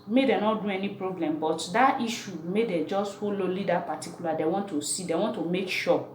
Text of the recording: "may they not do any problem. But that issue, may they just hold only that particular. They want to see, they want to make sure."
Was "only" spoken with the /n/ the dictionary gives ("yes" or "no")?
no